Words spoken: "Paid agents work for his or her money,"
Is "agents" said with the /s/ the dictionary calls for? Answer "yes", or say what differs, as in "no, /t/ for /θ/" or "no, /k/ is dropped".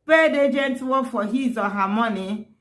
no, /s/ is dropped